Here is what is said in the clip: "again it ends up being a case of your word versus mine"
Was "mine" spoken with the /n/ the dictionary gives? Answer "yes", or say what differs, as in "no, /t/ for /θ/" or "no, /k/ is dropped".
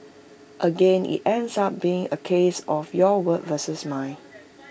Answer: no, /n/ is dropped